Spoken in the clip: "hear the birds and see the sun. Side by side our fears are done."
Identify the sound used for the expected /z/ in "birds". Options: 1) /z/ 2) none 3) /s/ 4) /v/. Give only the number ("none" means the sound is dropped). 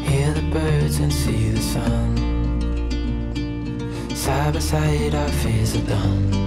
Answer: 1